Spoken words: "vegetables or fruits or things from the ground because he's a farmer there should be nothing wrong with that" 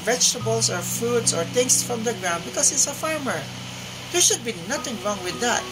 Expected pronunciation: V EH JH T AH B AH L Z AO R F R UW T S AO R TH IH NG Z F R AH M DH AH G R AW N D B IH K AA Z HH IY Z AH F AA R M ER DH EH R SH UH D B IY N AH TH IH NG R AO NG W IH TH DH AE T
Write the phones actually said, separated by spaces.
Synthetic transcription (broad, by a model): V EH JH T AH B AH L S AO R F UW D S AO R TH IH NG S F R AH M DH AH G R AW N D B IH K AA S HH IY S AH F AA R M ER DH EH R SH UH D B IY N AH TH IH NG R AO NG W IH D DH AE T